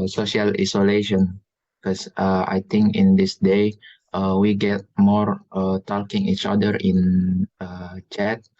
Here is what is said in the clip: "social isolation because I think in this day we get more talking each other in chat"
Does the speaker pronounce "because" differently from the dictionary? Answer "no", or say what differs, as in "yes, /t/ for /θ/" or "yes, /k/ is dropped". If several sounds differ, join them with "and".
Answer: yes, /z/ is dropped